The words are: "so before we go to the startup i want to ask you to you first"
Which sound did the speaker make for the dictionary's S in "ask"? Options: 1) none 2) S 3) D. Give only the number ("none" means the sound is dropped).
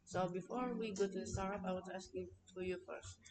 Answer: 2